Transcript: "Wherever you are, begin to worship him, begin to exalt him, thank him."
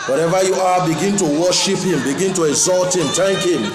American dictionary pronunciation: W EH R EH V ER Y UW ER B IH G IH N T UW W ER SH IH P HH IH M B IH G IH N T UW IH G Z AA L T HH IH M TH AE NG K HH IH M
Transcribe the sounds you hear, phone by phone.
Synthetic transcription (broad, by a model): W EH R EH V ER Y UW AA B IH G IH N T UW W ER SH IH P HH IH M B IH G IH N T UW IH G Z AA L T HH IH M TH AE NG K HH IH M